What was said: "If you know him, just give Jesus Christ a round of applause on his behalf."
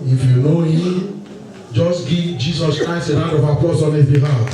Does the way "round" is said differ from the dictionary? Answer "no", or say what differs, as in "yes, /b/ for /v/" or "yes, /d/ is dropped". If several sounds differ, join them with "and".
yes, /n/ is dropped